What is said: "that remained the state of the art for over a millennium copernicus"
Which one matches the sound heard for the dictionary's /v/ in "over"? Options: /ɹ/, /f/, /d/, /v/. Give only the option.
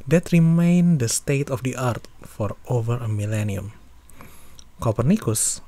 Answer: /v/